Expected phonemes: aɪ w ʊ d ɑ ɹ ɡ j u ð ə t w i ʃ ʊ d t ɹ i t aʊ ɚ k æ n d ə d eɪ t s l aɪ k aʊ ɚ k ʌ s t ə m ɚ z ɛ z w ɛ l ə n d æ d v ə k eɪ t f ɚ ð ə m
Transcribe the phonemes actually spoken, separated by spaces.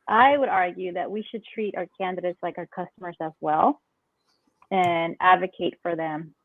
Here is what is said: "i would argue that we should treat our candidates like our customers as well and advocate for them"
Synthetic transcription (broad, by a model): aɪ w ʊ d ɑ ɹ ɡ j u ð ə t w i ʃ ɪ d t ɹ i t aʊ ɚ k æ n d ə d eɪ t s l aɪ k aʊ ɚ k ʌ s t ə m ɚ z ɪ z w ɛ l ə n æ d v ə k eɪ t f ɚ ð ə m